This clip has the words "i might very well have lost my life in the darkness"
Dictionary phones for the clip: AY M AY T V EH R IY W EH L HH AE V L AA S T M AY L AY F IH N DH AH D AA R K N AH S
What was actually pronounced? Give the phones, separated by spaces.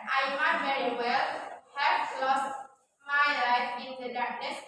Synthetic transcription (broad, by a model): AY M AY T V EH R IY W EH L HH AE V L AA S T M AY L AY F IH N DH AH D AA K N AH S